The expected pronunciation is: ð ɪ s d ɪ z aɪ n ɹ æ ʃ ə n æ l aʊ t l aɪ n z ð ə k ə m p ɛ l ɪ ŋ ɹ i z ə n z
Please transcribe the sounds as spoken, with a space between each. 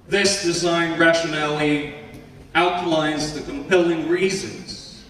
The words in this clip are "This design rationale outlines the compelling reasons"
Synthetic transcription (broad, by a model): ð ɪ s d ɪ z aɪ n ɹ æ ʃ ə n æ l aʊ t l aɪ n z ð ə k ə m p ɛ l ɪ ŋ ɹ i z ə n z